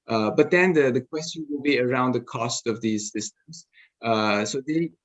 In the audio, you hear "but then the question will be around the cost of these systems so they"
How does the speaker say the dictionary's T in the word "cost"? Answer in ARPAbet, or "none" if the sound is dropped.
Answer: T